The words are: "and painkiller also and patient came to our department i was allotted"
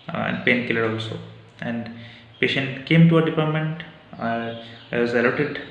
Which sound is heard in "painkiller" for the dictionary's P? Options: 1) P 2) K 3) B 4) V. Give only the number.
1